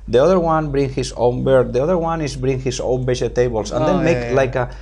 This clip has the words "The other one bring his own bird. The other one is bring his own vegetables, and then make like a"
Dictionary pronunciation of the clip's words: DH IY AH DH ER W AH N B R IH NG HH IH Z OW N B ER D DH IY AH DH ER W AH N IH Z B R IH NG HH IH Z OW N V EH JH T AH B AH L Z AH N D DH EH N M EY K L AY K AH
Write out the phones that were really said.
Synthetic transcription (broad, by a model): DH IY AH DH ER W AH N B R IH NG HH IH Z OW N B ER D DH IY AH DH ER W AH N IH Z B R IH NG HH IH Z OW N B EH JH T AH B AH L S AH N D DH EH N M EY K L AY K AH